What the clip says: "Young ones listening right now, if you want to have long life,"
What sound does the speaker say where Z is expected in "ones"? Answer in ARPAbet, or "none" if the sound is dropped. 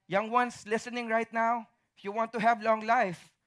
S